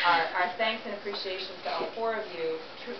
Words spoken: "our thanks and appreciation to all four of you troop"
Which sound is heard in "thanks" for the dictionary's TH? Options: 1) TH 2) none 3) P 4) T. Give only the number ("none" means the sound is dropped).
1